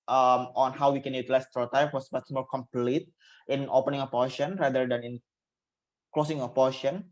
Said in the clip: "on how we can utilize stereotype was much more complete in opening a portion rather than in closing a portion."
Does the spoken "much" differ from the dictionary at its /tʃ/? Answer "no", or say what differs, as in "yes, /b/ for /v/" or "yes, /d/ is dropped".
yes, /s/ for /tʃ/